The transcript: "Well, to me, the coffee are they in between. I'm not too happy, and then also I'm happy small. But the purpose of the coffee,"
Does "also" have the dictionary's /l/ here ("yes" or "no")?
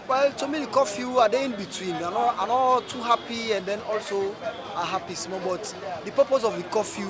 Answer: yes